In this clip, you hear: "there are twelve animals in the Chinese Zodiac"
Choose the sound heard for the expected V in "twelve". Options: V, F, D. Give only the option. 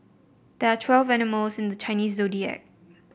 V